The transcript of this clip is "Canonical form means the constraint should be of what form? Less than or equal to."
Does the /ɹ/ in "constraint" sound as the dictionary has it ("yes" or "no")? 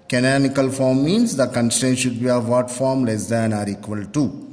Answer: no